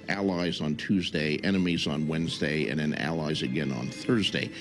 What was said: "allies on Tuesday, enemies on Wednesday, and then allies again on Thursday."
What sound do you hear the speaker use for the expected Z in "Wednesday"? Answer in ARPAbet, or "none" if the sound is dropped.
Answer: Z